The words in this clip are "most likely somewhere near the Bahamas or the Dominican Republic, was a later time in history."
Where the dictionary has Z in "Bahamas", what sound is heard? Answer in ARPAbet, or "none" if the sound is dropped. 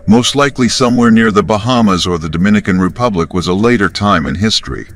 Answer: Z